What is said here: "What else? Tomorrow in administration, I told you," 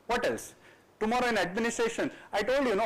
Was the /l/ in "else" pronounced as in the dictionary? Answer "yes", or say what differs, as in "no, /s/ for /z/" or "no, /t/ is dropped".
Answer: yes